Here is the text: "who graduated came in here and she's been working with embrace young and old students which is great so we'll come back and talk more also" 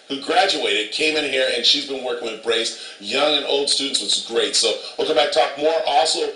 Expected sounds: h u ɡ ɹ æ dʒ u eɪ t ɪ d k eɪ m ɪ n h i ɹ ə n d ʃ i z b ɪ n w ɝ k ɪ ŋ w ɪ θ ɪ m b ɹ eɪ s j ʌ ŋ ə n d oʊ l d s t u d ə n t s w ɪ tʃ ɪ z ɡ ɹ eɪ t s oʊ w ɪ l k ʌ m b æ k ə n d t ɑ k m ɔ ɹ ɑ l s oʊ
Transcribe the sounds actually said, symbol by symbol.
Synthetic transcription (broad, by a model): h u ɡ ɹ æ dʒ u eɪ t ɪ d k eɪ m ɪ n h i ɹ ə n ʃ i z b ɪ n w ɝ k ɪ ŋ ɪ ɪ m b ɹ eɪ s j ʌ ŋ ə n oʊ l d s t u d n t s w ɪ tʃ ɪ ɡ ɹ eɪ t s oʊ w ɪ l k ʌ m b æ ə t ɑ k m ɔ ɹ ɑ l s oʊ